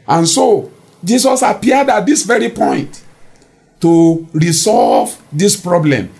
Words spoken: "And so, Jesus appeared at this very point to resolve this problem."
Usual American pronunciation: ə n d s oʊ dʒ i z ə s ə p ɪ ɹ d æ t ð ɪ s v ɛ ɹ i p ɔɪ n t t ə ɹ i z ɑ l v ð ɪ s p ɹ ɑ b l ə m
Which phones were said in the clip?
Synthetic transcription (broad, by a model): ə n s oʊ dʒ i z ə s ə p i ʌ d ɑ t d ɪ s v ɛ ɹ i p ɔɪ n t t ə ɹ i s ɑ l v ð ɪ s p ɹ ɑ b l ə m